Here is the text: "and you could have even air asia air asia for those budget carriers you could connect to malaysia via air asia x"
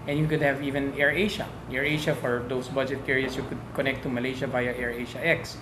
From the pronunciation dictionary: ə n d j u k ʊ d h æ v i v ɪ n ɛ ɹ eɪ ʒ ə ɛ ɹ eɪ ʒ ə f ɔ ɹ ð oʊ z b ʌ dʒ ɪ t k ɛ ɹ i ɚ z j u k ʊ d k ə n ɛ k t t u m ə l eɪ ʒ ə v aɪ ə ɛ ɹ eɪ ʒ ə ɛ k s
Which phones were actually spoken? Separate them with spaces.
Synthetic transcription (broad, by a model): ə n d j u k ʊ d h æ v i v ɪ n ɛ ɹ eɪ ʃ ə ɛ ɹ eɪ ʃ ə f ɔ ɹ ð oʊ s b ʌ dʒ ɪ t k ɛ ɹ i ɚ s j u k ʊ d k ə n ɛ k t t u m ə l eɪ ʃ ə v aɪ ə ɛ ɹ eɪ ʃ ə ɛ k s